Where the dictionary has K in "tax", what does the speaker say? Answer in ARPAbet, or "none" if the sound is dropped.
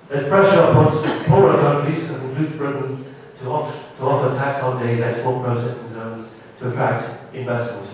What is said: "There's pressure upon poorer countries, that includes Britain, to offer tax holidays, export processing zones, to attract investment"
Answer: K